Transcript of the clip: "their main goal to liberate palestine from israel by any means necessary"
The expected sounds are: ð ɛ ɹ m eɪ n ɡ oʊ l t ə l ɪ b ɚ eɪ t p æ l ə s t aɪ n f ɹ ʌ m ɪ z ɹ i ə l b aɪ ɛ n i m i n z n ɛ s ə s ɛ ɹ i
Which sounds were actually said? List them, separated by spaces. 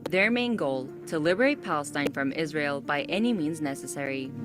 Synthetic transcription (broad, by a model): ð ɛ ɹ m eɪ n ɡ oʊ l t ə l ɪ b ɚ eɪ t p æ l ə s t aɪ n f ɹ ʌ m ɪ z ɹ i ə l b aɪ ɛ n i m i n z n ɛ s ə s ɛ ɹ i